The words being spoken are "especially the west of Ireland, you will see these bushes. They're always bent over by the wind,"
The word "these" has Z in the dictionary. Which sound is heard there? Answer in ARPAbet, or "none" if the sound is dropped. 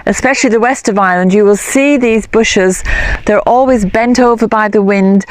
Z